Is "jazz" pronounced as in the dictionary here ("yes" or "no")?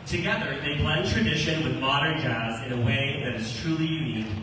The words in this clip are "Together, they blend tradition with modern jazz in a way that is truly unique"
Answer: yes